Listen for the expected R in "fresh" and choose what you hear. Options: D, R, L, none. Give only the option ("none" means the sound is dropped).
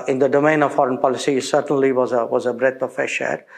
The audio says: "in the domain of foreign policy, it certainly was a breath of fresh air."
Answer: none